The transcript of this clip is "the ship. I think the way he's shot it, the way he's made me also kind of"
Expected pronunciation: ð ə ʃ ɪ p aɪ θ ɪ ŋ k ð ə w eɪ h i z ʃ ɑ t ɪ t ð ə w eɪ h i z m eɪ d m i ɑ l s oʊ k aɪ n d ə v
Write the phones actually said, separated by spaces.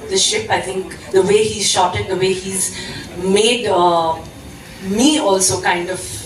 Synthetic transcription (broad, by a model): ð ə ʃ ɪ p aɪ t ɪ ŋ k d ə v eɪ h i z ʃ ɑ t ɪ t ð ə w eɪ h i z m eɪ d m i ɑ l s oʊ k aɪ n d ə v